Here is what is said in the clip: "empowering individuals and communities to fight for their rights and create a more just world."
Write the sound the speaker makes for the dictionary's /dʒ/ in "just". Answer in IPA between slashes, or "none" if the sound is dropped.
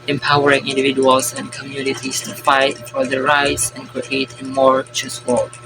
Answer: /tʃ/